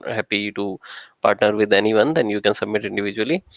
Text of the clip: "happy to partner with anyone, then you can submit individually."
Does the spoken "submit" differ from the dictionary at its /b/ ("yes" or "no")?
no